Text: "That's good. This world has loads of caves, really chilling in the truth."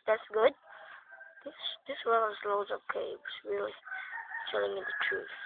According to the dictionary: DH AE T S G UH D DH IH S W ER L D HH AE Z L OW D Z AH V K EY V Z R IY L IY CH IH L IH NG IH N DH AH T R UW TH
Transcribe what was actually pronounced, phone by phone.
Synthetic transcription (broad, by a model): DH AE T S G UH D DH IH S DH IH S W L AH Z L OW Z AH K EY W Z R IY L IY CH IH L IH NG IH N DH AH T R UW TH